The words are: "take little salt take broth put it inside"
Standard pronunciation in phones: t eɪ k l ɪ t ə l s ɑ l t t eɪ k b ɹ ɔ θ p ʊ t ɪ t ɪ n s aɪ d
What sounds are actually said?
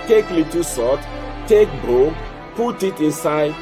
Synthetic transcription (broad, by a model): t eɪ k l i t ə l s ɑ t t eɪ k b ɔ p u t ɪ t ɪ n s aɪ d